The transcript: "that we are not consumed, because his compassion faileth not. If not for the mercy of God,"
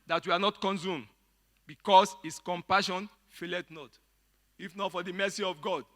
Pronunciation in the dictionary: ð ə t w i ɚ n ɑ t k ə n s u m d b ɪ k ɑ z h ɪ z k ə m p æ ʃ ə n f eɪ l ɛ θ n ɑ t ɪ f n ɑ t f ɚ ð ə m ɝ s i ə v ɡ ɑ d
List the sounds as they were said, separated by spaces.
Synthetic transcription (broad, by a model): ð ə t w i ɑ n ɑ t k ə n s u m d b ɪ k ɑ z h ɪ s k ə m p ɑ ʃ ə n f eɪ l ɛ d n ɑ t ɪ f n ɑ t f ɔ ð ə m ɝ s i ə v ɡ ɑ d